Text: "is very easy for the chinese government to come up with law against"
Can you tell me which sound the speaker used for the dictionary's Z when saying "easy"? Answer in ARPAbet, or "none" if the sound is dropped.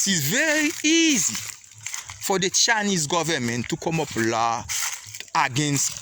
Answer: Z